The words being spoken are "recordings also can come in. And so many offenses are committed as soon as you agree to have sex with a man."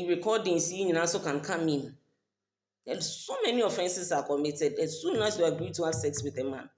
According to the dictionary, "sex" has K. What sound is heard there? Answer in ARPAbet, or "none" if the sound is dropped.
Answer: K